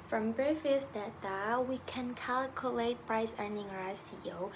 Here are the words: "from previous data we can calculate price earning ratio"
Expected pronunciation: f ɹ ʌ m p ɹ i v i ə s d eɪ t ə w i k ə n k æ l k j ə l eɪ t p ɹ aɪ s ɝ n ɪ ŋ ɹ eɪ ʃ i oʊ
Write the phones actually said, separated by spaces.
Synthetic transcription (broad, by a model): f ɹ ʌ m b ɹ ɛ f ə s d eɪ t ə w i k ə n k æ l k j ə l eɪ t p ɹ aɪ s ɝ n ɪ ŋ ɹ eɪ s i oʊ